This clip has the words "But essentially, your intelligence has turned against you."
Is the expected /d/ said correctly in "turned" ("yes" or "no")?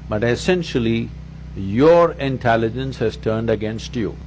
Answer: yes